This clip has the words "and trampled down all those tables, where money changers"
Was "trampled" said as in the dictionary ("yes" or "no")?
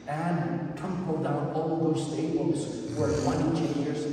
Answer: no